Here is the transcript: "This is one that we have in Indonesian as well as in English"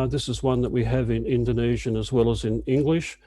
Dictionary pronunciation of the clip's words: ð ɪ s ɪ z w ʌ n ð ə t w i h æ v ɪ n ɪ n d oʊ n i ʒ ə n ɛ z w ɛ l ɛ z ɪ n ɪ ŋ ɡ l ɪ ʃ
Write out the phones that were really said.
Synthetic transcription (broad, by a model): ð ɪ s ɪ z w ʌ n ð ə t w i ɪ v ɪ n ɪ n d oʊ n i ʒ ə n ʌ z w ɛ l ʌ z ɪ n ɪ ŋ ɡ l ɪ ʃ